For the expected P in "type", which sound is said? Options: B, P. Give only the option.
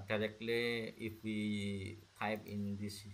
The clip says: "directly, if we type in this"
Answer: B